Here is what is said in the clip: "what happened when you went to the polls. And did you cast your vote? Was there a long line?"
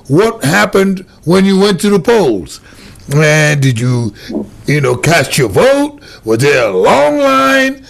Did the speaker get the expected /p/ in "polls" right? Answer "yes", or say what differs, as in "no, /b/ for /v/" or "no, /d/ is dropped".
yes